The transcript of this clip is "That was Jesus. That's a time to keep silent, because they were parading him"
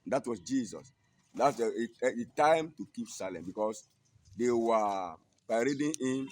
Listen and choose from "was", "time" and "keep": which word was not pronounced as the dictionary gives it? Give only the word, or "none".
was